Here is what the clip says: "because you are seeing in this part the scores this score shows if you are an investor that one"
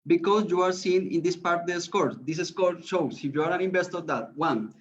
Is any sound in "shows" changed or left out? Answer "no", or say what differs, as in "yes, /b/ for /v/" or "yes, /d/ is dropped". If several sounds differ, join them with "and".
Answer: yes, /s/ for /z/